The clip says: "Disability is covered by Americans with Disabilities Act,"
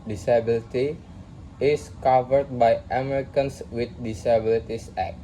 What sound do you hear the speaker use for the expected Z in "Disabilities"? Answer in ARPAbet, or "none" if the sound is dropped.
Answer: S